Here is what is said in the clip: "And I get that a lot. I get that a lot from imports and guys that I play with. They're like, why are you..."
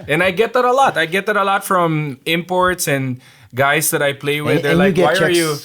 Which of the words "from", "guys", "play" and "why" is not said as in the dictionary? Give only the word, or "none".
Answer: guys